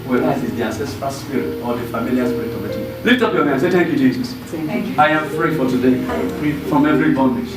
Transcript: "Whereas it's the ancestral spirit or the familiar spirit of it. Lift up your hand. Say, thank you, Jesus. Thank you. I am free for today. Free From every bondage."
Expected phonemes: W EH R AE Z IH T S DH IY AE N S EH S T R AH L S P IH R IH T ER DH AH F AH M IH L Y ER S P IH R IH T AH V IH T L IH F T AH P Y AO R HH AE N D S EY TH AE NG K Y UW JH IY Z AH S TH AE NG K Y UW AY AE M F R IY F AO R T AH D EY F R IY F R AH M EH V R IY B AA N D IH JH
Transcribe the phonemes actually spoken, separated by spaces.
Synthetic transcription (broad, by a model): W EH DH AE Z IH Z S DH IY AE N S EH S T R AH L S P IH R IH T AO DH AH F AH M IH L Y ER S P IH R IH T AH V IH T L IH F T AH P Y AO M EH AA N S EY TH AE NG K Y UW JH IY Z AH S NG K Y AY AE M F R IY F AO L T AH D EY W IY F R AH M EH V R IY B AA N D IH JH